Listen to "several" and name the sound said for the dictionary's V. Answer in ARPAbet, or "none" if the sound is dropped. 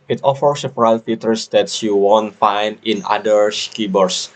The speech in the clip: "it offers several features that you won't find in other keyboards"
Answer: F